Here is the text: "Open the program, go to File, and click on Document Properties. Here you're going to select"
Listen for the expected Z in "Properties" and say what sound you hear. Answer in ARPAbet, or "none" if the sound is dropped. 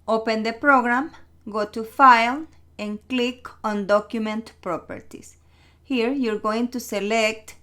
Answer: S